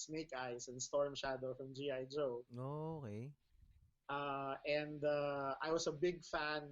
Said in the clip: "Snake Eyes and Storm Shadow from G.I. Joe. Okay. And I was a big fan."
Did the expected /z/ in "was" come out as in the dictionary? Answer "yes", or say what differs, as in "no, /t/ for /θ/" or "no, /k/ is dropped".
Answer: no, /s/ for /z/